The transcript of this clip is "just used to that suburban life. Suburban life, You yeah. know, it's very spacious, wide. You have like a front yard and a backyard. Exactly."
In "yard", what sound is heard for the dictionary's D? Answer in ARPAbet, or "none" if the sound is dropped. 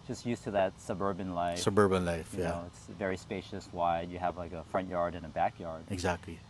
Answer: D